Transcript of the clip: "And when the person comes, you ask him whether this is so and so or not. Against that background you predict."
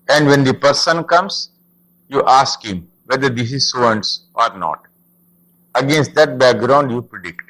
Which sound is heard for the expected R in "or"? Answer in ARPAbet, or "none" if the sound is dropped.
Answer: R